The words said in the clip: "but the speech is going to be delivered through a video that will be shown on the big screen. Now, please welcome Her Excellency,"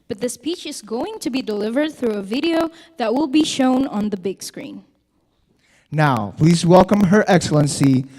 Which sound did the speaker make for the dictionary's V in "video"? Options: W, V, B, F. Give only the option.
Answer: V